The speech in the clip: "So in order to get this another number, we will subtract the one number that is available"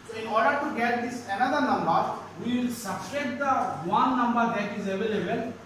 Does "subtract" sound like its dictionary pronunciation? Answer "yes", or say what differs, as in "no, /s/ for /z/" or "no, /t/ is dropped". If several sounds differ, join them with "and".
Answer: no, /s/ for /t/ and /k/ is dropped